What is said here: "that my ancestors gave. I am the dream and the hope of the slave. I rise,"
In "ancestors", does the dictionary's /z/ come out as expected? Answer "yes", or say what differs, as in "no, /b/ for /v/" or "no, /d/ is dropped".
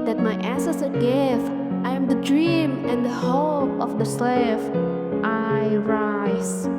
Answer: no, /z/ is dropped